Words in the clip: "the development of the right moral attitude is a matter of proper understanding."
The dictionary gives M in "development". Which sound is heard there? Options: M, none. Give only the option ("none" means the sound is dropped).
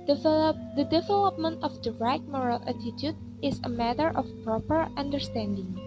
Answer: M